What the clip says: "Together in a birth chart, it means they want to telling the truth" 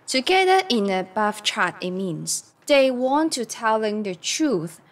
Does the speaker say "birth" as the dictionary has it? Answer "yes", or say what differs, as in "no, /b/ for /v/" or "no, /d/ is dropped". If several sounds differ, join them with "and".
no, /f/ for /θ/